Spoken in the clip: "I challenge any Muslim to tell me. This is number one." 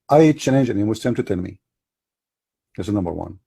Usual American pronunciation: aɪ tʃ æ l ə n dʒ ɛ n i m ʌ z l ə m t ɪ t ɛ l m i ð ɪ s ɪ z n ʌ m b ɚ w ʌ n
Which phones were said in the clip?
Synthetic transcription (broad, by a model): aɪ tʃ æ n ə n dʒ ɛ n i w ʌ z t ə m t ɪ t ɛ n m i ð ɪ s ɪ n ʌ m b ɚ w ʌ n